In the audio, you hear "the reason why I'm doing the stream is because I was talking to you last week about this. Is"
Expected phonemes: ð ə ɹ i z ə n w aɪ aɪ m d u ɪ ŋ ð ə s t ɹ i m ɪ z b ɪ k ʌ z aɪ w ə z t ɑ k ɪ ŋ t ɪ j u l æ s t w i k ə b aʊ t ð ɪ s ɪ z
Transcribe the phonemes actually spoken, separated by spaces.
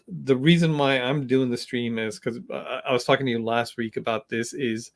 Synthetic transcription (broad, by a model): ð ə ɹ i z ə n w aɪ aɪ m d u ɪ ŋ ð ə s t ɹ i m ɪ z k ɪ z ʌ aɪ w ə z t ɑ k ɪ ŋ t ɪ j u l æ s t w i k ə b aʊ t ð ɪ s ɪ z